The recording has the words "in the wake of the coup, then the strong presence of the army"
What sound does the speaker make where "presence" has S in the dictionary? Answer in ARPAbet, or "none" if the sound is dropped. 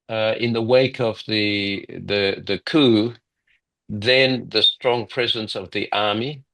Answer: S